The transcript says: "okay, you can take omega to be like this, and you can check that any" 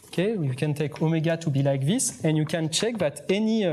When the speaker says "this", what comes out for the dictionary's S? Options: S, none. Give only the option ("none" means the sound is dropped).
S